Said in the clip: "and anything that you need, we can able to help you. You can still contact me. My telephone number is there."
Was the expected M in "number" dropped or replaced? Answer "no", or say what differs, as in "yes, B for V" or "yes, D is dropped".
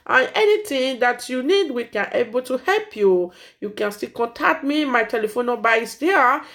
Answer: yes, M is dropped